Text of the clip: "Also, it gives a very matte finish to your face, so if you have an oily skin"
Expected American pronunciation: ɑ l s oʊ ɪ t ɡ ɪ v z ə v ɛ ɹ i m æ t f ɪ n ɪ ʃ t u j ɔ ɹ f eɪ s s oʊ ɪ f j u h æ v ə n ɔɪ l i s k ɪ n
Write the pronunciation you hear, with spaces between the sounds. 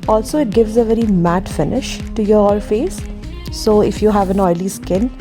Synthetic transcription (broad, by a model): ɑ l s oʊ ɪ t ɡ ɪ v z ə v ɛ ɹ i m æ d f ɪ n ɪ ʃ t u j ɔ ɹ f eɪ s s oʊ ɪ f j u h æ v ə n ɔɪ l i s k ɪ n